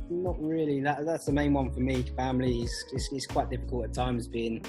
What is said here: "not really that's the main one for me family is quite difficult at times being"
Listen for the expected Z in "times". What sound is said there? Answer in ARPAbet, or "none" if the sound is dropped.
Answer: Z